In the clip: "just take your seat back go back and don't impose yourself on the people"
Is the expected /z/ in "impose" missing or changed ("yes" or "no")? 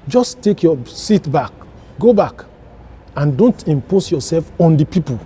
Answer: yes